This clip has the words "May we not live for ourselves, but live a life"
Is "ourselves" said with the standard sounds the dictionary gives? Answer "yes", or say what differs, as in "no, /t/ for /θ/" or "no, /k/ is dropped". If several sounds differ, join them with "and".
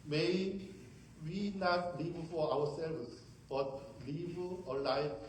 no, /w/ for /ɹ/